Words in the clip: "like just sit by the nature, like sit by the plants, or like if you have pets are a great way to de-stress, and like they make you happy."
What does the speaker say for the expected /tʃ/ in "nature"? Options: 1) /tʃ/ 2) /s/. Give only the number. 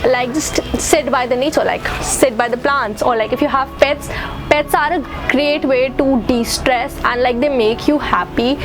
2